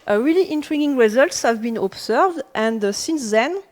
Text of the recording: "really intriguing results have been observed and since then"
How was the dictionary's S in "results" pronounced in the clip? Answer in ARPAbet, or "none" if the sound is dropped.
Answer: S